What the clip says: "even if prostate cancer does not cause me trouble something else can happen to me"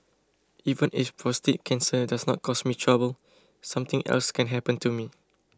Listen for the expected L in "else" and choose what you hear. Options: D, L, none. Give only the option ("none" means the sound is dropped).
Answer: L